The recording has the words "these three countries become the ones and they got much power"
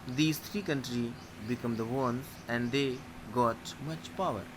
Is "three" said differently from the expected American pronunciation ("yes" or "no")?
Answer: yes